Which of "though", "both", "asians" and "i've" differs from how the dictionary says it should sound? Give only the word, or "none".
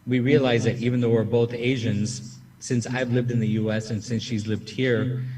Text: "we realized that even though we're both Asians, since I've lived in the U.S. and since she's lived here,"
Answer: none